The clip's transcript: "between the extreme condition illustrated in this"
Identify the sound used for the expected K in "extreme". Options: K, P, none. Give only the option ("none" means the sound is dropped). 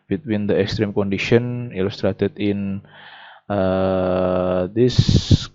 K